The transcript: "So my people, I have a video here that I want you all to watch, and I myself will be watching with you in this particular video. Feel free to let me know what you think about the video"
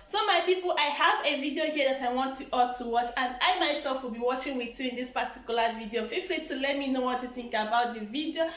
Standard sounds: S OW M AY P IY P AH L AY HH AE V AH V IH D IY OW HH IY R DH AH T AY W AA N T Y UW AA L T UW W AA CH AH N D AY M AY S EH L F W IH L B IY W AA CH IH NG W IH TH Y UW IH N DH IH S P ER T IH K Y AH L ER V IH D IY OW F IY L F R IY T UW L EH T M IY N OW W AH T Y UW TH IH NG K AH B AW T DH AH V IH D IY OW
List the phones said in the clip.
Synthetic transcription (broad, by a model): S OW M AY P IY P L AY HH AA V AH V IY D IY OW HH IY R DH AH T AY W AA N T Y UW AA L T UW W AA CH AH N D AY M AY S EH L F W IH L B IY W AA CH IH NG W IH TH Y UW IH N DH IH S P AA T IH K Y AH L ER V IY D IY OW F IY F L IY T UW L EH T M IY N OW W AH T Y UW TH IH NG K AH B AW T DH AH V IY D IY OW